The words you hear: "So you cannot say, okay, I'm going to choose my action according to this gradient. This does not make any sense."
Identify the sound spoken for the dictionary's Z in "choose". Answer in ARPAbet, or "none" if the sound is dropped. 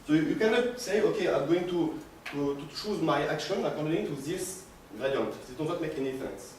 Z